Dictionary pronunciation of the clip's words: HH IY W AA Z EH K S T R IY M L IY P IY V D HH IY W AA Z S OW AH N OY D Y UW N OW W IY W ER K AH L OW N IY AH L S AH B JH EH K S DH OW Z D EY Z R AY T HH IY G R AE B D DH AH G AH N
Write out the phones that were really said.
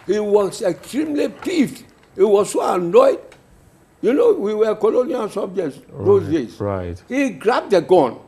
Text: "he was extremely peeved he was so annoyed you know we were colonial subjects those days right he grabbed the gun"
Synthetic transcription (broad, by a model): HH IY W AA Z EH K S T R IY M L IY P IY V HH IY W AA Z S OW AH N OY D Y UW N OW W IY W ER K AH L OW N IY AH L S AH B JH EH K S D OW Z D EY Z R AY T HH IY G R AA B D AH G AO N